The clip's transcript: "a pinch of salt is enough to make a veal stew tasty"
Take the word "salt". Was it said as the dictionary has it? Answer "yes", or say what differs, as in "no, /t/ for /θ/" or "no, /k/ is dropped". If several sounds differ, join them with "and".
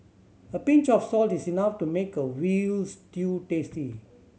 yes